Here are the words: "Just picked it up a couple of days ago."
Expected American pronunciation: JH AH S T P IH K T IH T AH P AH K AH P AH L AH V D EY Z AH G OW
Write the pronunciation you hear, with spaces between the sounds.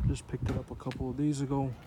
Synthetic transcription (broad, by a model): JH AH S P IH K T IH T AH P AH K AH P L AH V D EY Z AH G OW